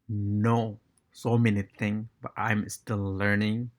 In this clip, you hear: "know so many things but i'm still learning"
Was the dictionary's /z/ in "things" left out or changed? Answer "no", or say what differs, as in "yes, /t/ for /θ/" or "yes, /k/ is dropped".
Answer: yes, /z/ is dropped